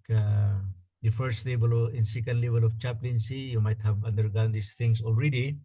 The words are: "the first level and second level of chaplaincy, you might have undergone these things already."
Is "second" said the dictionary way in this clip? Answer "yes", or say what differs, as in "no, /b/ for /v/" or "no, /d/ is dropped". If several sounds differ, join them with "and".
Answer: yes